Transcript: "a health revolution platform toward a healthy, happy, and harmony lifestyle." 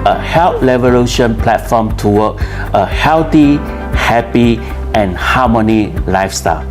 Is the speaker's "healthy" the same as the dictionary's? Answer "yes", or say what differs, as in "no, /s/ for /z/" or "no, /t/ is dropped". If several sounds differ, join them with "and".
no, /t/ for /θ/